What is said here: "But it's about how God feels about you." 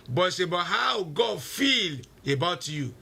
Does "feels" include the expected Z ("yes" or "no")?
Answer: no